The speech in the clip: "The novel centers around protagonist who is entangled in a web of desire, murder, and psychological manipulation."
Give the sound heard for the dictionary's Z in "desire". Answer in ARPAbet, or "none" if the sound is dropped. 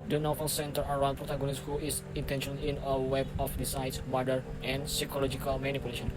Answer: S